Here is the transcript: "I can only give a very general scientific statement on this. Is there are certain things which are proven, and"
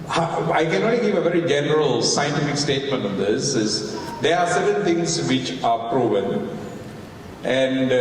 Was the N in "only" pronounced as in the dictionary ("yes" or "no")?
no